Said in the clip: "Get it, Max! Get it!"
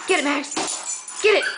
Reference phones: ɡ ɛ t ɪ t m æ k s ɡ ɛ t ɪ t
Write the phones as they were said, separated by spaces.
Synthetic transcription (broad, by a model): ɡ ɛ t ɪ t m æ s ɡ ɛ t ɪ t